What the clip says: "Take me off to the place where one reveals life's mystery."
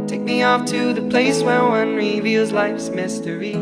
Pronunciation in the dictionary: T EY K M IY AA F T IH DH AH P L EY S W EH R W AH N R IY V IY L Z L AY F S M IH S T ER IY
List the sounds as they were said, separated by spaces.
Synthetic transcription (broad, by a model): T EY K M IY AA F T IH DH AH P L EY S W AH R W AH N R IY V IY L Z L AY F S M IH S T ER IY